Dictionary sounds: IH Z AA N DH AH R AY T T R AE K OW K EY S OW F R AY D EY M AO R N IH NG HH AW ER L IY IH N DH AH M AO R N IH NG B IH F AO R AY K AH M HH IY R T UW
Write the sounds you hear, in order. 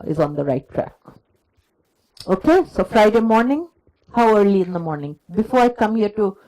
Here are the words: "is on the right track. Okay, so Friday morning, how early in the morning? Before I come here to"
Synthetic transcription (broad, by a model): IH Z AA N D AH R AY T T R AE K OW K EY S OW F R AY D EY M AO R N IH NG HH AW ER L IY IH N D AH M AO R N IH NG B IH F AO R AY K AH M HH IY R T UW